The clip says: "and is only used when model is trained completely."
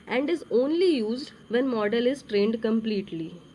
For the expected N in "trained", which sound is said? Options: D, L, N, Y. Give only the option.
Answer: N